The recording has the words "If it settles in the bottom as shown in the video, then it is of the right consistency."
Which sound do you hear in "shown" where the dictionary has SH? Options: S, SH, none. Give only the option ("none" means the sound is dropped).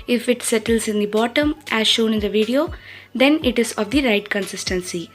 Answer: SH